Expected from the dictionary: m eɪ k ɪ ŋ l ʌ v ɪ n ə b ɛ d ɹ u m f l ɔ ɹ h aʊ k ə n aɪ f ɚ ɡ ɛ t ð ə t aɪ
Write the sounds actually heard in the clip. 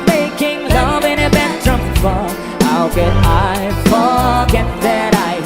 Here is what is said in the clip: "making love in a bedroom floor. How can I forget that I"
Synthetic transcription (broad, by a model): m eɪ k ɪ ŋ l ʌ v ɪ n ə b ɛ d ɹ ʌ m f ɔ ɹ h aʊ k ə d aɪ f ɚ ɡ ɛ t ð ə t aɪ